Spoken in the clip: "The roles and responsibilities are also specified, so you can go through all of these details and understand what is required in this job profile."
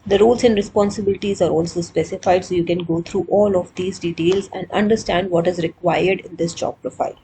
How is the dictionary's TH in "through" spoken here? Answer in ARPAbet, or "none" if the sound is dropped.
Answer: T